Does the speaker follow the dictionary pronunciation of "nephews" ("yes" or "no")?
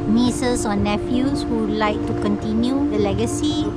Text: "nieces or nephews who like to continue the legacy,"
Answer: no